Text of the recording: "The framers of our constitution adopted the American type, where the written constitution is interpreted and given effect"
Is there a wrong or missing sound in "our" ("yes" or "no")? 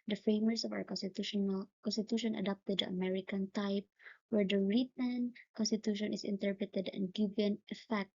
yes